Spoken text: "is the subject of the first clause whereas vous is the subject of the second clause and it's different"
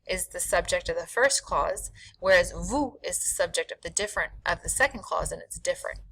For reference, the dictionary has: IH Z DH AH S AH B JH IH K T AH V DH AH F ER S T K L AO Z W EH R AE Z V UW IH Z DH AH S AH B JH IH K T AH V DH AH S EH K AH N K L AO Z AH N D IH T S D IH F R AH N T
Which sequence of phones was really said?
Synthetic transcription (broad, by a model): IH Z DH AH S AH B JH IH K T AH V DH AH F ER S K L AO Z W EH R AE Z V UW IH Z DH AH S AH B JH IH K T AH V DH AH S EH K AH N K L AO Z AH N IH T S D IH F R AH N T